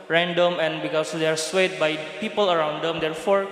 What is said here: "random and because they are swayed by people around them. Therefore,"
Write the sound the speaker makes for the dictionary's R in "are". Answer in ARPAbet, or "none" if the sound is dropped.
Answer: R